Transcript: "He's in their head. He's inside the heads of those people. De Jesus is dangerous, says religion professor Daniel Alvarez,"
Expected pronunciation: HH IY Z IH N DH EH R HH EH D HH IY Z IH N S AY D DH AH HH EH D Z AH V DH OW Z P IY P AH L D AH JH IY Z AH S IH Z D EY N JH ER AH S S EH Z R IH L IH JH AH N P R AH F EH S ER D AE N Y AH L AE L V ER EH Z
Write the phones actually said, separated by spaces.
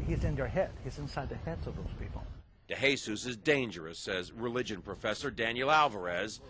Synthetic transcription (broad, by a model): HH IY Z IH N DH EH R HH EH D HH IY Z IH N S AY D DH AH HH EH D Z AH V DH OW Z P IY P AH L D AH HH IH S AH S IH Z D EY N JH ER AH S S EH Z R IH L IH JH AH N P R AH F EH S ER D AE N Y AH L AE L V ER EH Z